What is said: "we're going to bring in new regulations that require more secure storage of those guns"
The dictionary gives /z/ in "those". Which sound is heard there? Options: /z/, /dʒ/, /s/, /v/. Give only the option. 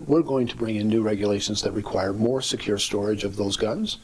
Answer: /z/